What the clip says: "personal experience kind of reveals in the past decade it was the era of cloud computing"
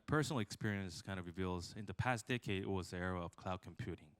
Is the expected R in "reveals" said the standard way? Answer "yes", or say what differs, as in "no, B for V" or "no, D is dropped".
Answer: yes